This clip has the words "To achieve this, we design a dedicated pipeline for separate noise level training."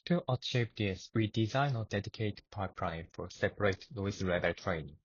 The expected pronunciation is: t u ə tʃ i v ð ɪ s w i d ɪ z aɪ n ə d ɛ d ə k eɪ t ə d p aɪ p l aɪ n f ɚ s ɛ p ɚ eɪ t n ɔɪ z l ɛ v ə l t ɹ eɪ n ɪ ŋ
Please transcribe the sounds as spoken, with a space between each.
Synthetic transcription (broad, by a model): t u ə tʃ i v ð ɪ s w i d ɪ z aɪ n ə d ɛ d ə k eɪ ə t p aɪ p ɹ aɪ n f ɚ s ɛ p ɚ eɪ t l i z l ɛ b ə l t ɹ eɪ n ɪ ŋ